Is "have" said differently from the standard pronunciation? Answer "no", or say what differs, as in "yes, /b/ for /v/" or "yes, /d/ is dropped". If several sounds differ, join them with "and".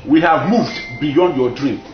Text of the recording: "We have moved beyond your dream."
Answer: no